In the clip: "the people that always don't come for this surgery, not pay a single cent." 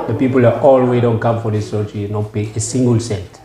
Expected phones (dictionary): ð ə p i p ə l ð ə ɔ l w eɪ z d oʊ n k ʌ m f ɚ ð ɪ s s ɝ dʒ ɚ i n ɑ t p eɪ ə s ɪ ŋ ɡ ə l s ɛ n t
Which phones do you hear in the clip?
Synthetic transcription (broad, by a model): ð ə p i p ə l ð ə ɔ l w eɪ d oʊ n k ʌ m f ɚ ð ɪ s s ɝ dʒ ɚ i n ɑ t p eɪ ə s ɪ ŋ ɡ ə l s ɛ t